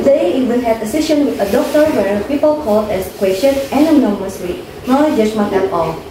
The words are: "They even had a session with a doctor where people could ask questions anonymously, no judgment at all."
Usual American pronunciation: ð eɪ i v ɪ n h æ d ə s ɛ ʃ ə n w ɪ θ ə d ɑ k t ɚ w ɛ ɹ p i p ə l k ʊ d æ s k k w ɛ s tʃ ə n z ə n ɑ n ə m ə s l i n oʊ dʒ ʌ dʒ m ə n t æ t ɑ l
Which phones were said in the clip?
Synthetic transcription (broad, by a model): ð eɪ i v ɪ n h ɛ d ə s ɛ ʃ ə n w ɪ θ ə d ɑ k t ɚ w ɛ ɹ p i p ə l k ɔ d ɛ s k k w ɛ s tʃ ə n ə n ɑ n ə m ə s w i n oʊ dʒ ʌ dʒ m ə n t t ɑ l